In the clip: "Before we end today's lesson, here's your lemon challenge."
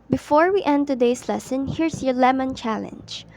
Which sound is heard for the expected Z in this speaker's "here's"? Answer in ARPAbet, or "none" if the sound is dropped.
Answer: S